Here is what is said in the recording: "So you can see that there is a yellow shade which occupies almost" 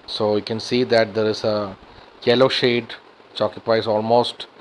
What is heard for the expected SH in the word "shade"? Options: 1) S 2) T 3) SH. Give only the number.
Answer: 3